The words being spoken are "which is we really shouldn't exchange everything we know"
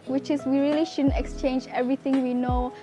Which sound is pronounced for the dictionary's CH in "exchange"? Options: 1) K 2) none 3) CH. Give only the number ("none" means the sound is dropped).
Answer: 3